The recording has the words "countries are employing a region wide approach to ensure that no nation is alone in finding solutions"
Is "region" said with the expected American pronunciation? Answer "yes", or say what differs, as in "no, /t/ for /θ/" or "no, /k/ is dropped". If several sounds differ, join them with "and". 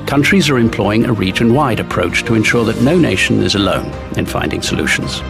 no, /tʃ/ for /dʒ/